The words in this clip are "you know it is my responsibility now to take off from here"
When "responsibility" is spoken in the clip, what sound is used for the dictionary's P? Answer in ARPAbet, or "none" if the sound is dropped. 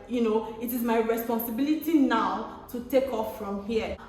P